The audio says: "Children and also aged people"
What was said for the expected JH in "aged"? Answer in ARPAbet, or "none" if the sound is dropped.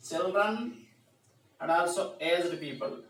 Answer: Z